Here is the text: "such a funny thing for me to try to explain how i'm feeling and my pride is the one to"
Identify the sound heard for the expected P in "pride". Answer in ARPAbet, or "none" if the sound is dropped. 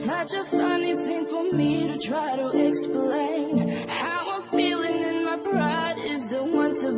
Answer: B